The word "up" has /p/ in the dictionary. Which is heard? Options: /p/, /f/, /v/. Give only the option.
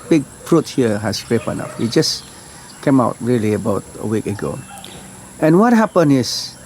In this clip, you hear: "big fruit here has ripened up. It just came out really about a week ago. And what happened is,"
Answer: /f/